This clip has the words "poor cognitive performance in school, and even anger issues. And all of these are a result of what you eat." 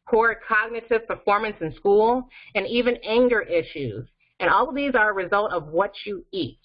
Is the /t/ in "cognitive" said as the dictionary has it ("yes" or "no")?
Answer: yes